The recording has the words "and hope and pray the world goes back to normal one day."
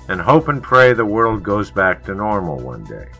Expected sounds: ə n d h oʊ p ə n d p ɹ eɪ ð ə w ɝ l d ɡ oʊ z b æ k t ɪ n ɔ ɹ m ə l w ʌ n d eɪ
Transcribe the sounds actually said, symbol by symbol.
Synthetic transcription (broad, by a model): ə n h oʊ p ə n p ɹ eɪ ð ə w ɝ l d ɡ oʊ z b æ k t ɪ n ɔ ɹ m l w ʌ n d eɪ